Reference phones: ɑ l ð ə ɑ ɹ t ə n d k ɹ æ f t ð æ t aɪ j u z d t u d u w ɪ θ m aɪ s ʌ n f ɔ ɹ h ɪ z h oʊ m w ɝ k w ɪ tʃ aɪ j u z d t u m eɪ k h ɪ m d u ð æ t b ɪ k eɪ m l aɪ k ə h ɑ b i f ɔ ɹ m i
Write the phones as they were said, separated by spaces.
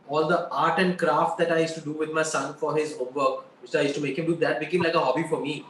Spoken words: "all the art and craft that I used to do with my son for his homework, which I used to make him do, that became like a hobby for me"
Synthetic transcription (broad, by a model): ɑ l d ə ɑ ɹ t ə n d k ɹ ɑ f t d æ t aɪ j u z t u d u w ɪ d m aɪ s ʌ n f ɔ ɹ h ɪ z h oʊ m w ɝ k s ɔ aɪ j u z t u m eɪ k h ɪ m d u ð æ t b ɪ k eɪ m l aɪ k ə h ɑ b i f ɔ ɹ m i